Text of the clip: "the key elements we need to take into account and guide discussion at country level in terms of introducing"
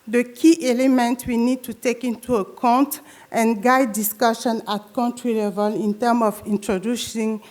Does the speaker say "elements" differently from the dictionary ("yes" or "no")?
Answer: yes